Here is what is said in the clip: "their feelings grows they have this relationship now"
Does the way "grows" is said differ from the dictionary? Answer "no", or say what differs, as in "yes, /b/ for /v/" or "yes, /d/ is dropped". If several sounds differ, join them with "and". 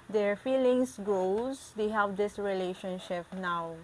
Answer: yes, /ɹ/ is dropped